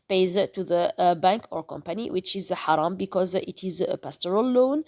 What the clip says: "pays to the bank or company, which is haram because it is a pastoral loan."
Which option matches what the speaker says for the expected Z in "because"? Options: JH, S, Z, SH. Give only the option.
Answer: Z